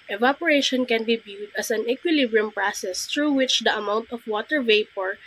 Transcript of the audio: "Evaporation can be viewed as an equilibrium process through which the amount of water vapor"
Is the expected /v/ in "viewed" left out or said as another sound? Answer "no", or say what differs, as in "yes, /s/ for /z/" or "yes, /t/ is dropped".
yes, /b/ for /v/